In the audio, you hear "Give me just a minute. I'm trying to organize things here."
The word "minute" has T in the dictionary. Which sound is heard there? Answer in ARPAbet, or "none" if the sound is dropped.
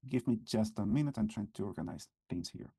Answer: T